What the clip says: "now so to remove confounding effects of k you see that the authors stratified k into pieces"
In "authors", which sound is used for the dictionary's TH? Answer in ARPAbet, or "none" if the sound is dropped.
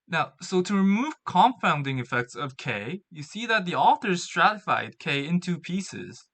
TH